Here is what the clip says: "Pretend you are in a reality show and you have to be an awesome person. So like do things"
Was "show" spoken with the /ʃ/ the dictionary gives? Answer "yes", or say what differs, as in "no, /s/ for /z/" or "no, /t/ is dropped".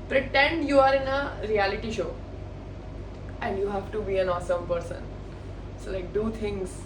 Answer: yes